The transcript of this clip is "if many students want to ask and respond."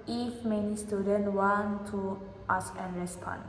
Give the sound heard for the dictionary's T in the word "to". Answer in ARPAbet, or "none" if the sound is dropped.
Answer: T